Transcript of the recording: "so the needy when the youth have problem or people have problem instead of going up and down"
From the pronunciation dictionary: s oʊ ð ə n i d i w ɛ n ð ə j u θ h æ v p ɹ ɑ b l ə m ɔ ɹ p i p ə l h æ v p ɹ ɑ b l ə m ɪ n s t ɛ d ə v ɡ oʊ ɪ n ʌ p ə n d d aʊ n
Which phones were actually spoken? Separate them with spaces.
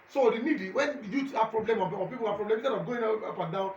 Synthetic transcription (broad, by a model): s oʊ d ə n i d i w ɛ n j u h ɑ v p ɹ ɑ b l ə m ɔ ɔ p i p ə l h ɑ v p ɹ ɑ b l ə m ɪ s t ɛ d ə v ɡ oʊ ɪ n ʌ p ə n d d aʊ